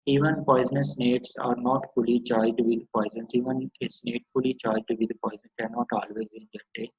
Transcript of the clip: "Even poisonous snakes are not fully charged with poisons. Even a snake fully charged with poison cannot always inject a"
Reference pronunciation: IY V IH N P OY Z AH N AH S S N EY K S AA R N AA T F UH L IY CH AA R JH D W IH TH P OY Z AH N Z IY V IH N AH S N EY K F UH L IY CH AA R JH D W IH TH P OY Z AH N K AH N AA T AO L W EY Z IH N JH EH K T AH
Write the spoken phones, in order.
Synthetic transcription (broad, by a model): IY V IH N P OY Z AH N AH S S N EY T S AA R N AA T F UH L IY CH AA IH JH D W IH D P OY Z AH N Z IY V IH N AH S N EY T F UH L IY CH AA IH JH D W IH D P OY Z AH N K AH N AA T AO L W EY Z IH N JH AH T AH